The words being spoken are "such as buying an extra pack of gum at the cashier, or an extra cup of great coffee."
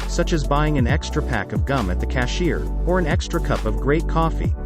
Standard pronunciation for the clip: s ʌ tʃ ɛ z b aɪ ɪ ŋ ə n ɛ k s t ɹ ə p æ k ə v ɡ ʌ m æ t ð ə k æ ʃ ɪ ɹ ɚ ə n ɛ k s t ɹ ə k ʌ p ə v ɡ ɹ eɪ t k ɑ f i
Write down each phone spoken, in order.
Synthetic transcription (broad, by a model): s ʌ tʃ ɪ z b aɪ ɪ ŋ ə n ɛ k s t ɹ ə p æ k ə v ɡ ʌ m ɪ t ð ə k æ ʃ ɪ ɹ ɚ ə n ɛ k s t ɹ ə k ʌ p ə v ɡ ɹ eɪ t k ɑ f i